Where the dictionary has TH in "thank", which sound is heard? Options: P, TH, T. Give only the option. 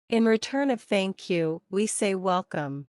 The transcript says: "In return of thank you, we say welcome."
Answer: TH